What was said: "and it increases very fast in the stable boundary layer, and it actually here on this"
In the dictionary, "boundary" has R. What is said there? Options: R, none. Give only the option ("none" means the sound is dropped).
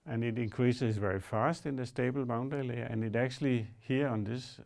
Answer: none